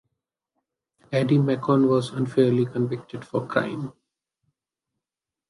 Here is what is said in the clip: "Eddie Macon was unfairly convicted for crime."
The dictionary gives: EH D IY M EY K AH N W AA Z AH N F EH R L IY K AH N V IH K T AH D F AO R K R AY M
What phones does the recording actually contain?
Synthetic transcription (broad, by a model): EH D IY M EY K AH N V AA Z AH N F EH R L IY K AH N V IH K T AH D F AO R K R AY M